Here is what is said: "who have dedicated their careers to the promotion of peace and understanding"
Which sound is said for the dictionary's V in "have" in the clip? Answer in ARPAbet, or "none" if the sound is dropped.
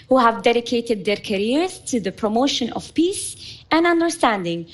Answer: V